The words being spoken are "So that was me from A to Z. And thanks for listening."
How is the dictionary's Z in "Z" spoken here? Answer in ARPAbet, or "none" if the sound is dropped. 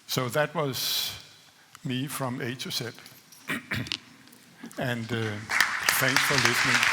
S